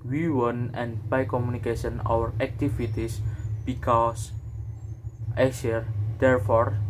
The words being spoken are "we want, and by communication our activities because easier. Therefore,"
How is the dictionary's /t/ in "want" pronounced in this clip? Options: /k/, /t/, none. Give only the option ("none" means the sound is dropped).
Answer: none